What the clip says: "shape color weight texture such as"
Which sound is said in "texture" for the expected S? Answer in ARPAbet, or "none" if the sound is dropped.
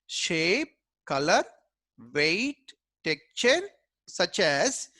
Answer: none